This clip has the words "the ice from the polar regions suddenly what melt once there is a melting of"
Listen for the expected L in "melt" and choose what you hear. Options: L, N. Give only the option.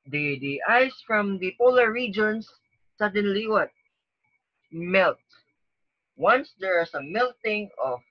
L